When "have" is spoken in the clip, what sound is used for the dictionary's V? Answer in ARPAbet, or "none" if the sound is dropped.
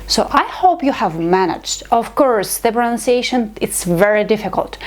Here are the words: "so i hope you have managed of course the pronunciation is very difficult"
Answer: V